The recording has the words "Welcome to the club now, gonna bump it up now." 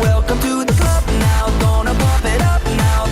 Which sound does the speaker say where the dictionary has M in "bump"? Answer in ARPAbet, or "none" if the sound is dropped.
none